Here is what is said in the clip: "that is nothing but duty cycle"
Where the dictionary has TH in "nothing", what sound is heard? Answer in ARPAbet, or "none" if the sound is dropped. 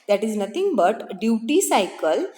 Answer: T